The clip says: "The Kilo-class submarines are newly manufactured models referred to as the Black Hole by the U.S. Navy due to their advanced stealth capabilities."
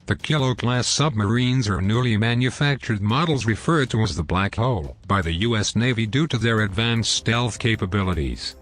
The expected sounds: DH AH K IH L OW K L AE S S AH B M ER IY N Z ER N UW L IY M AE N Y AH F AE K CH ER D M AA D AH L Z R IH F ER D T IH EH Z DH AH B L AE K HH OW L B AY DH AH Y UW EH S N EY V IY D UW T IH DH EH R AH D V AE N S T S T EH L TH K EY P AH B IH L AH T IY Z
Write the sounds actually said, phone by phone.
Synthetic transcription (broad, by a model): DH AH K IH L OW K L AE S S AH B M ER IY N Z ER N UW L IY M AE N Y AH F AE K CH ER D M AA D L Z R IH F ER D T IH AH Z DH AH B L AE K HH OW L B AY DH AH Y UW EH S N EY V IY D UW T IH DH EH R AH D V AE N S S T EH L TH K EY P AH B IH L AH T IY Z